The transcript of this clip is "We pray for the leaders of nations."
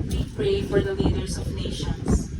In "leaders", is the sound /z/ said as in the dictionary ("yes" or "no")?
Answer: no